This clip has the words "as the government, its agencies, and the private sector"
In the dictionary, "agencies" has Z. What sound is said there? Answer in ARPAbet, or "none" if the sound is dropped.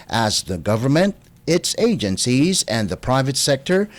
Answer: Z